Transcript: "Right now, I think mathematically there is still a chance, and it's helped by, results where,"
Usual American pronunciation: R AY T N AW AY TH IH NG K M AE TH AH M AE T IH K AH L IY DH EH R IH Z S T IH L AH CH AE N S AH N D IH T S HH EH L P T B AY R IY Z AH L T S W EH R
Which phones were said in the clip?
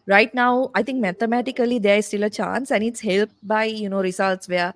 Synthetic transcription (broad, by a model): R AY T N AW AY T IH NG K M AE T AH M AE T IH K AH L IY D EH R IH S T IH L AH CH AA N S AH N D IH T S HH EH L P T B AY R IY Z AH L T S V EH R